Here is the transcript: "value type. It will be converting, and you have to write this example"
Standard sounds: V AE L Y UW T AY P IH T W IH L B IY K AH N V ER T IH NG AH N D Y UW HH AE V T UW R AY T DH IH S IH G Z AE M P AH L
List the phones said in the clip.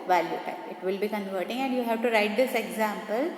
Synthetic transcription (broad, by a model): V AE L Y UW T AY IH T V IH L B IY K AH N V ER T IH NG AH N D Y UW HH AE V T UW R AY T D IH S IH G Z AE M P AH L